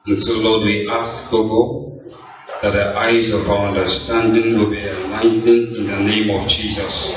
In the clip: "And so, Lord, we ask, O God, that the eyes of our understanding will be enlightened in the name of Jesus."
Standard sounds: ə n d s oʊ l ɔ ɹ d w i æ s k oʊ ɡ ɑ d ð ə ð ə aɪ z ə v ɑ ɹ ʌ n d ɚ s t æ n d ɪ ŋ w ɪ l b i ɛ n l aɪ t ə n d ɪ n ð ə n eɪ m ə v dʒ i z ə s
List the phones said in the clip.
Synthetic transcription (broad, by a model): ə n s oʊ l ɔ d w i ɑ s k oʊ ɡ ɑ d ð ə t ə aɪ z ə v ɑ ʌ n d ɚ s t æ n d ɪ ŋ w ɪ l b i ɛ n aɪ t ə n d ɪ n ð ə n eɪ m ə v dʒ i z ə s